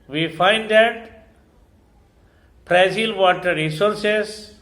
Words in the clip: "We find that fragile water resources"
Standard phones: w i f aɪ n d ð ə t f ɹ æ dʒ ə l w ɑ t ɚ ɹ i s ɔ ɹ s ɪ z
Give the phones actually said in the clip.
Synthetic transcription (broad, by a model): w i f aɪ n d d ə t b ɹ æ z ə l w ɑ t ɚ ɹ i s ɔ ɹ s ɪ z